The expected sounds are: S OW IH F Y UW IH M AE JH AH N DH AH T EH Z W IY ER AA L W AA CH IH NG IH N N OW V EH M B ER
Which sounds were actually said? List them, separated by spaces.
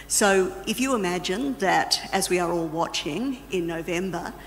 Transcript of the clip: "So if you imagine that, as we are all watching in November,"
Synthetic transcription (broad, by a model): S OW IH F Y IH IH M AE JH AH N DH AH T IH Z W IY ER AA L W AA CH IH NG IH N N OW V EH M B ER